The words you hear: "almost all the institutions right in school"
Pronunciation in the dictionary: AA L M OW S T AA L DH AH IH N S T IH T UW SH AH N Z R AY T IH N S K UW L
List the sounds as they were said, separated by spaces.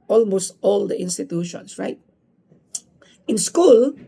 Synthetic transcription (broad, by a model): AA L M OW S T AA L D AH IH N S T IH T UW SH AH N S R AY T IH N S K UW L